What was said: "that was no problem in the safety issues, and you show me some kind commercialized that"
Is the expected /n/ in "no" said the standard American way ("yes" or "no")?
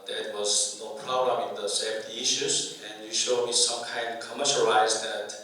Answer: yes